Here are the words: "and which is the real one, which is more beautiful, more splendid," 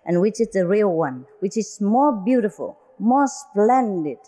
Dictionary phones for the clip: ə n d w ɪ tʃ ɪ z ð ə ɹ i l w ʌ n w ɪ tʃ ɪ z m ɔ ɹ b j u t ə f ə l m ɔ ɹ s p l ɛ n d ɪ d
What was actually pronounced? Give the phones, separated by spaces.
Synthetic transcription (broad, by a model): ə n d w ɪ tʃ ɪ z ð ə ɹ i l w ʌ n w ɪ tʃ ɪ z m ɔ ɹ b j u t ə f ə l m ɔ ɹ s p l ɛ n d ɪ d